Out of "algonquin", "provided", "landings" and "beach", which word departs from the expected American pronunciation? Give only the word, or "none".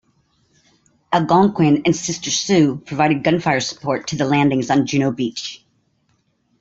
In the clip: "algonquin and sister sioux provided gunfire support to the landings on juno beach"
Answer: algonquin